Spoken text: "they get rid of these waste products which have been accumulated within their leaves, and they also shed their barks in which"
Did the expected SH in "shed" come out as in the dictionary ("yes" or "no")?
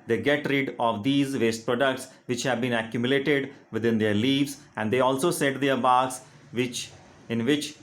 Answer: no